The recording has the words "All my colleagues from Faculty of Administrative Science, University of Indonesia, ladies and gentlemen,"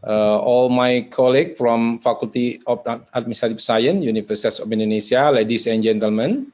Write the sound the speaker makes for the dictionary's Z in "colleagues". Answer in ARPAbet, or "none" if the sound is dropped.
none